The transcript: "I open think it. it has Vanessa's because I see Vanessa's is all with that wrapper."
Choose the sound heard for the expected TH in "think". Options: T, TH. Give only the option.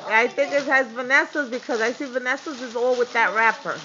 TH